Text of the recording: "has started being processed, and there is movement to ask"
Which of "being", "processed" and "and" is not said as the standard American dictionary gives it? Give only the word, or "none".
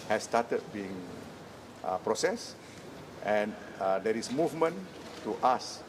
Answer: none